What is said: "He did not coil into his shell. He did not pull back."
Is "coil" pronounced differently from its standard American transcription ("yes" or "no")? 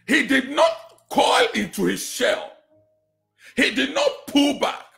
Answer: no